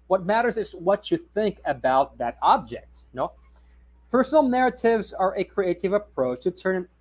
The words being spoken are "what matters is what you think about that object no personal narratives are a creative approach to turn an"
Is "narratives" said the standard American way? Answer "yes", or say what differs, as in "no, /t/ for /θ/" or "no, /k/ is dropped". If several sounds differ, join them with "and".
yes